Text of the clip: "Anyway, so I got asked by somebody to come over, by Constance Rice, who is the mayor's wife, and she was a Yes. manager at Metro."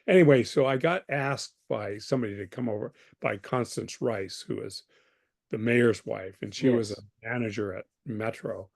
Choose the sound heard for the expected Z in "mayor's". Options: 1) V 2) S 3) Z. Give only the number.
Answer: 3